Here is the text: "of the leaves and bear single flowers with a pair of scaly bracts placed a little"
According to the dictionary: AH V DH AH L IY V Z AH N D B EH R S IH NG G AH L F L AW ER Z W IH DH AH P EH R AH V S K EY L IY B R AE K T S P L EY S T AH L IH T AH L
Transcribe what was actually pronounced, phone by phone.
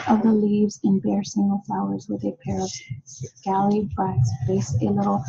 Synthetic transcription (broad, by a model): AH V DH AH L IY V Z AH N B EH R S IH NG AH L F L AW ER Z W IH DH AH P EH R AH V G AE L IY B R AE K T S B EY S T AH L IH T L